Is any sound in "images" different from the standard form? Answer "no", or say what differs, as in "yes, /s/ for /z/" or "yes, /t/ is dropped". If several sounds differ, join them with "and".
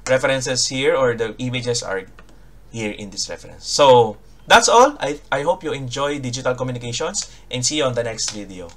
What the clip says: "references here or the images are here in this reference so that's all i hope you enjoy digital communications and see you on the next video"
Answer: yes, /s/ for /z/